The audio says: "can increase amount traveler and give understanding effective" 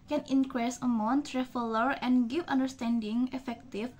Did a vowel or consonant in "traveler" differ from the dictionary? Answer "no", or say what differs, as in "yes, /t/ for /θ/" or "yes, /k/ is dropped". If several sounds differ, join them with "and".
yes, /f/ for /v/